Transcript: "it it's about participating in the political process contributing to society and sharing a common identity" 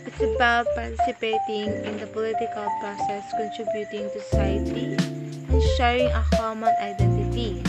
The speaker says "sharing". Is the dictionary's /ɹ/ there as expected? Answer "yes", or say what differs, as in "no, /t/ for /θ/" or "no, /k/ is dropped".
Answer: no, /ɹ/ is dropped